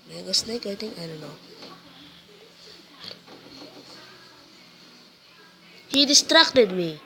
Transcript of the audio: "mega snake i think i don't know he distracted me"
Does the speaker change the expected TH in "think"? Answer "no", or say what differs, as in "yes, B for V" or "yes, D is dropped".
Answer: yes, T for TH